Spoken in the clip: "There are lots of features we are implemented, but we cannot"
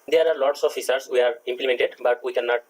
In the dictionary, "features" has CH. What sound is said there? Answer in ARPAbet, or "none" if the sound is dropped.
S